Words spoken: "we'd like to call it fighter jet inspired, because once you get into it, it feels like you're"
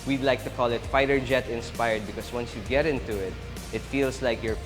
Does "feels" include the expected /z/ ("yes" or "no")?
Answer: no